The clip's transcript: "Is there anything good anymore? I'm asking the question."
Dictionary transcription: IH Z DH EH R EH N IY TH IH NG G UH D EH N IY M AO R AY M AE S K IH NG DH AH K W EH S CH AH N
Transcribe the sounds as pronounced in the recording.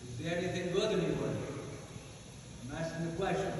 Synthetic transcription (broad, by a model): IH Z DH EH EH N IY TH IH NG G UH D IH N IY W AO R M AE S IH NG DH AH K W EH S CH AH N